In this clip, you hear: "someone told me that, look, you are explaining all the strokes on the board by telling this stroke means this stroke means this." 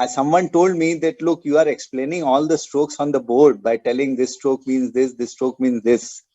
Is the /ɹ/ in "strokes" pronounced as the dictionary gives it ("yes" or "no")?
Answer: yes